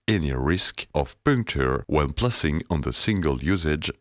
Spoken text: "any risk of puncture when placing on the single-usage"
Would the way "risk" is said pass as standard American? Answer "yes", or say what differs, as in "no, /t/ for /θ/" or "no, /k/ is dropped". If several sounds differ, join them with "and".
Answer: yes